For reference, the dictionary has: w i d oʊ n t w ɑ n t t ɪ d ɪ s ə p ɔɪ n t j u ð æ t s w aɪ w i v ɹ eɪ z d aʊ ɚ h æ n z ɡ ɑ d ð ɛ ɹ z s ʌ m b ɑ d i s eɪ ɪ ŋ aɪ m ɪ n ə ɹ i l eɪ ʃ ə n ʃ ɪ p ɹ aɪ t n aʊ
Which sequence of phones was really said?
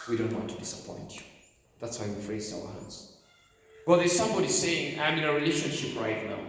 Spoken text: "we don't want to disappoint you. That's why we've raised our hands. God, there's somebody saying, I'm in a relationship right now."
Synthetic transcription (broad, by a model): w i d oʊ n t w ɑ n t t ɪ d ɪ s ə p ɔɪ n t ð æ t s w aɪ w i f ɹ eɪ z aʊ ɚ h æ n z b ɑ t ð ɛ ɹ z s ʌ m b ɑ d i s eɪ ɪ ŋ aɪ m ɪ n ə ɹ i l eɪ ʃ ə n ʃ ɪ p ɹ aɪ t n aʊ